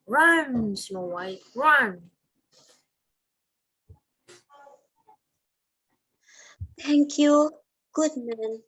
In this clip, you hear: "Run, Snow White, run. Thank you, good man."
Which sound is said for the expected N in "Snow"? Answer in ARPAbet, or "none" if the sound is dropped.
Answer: none